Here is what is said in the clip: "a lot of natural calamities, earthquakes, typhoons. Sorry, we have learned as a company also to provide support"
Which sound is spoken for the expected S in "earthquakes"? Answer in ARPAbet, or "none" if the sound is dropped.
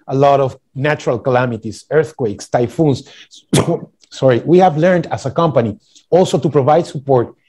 S